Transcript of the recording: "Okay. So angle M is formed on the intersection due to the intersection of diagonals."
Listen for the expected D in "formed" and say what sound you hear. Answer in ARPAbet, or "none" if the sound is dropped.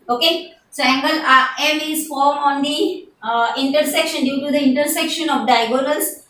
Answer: none